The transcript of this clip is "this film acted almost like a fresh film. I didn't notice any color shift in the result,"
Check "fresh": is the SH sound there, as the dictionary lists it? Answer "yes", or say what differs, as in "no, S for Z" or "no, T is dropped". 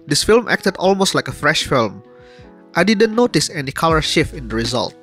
yes